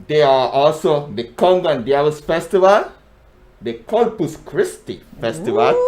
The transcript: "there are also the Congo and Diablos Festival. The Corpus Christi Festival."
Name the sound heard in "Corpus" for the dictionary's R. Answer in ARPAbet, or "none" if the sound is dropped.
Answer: L